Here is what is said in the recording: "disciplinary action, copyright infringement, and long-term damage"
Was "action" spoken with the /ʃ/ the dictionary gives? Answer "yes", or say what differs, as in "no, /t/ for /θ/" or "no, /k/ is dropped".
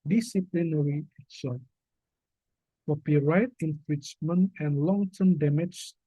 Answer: no, /s/ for /ʃ/